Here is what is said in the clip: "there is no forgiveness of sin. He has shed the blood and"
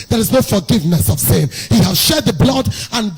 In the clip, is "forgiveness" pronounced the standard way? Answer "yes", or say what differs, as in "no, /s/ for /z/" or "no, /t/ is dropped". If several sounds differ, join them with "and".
yes